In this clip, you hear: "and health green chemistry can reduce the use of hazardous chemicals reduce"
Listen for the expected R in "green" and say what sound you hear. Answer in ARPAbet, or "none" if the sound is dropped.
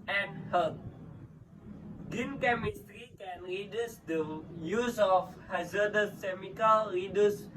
none